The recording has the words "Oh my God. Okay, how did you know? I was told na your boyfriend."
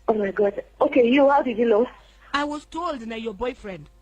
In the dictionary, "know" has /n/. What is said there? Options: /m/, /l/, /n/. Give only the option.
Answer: /l/